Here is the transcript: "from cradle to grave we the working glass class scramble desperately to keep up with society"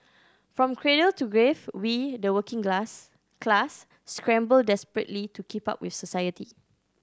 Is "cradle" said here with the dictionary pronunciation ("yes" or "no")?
yes